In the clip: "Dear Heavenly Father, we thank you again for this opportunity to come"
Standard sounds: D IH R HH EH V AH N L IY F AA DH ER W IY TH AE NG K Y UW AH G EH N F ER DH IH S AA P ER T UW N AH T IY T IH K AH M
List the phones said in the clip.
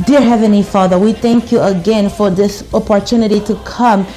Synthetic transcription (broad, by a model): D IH R HH EH V AH N L IY F AA DH ER W IY TH AE NG K Y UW AH G EH N F ER DH IH S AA P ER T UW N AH T IY T IH K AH M